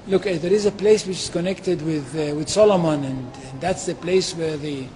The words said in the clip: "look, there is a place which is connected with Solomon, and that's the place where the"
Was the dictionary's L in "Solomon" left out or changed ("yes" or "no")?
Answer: no